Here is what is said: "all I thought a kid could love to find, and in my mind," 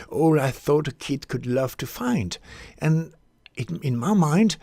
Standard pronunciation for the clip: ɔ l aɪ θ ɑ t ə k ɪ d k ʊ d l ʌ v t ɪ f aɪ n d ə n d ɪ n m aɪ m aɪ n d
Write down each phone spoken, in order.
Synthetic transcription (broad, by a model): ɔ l aɪ θ ɑ t ə k ɪ d k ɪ d l ʌ v t ɪ f aɪ n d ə n ɪ n m aɪ m aɪ n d